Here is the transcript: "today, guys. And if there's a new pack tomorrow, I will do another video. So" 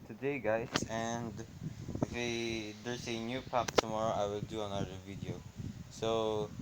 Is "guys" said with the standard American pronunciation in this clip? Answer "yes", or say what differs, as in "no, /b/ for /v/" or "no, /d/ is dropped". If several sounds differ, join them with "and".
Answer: no, /s/ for /z/